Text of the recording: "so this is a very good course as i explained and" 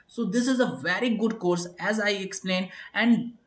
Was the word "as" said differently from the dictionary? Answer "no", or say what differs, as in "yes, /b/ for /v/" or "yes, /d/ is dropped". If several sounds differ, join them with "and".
no